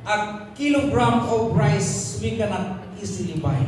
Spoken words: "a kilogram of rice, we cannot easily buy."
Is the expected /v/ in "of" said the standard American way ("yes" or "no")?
no